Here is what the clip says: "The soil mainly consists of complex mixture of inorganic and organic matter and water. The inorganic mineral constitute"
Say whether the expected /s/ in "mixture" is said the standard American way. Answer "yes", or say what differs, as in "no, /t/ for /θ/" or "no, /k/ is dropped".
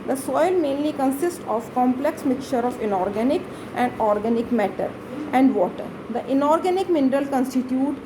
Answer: no, /s/ is dropped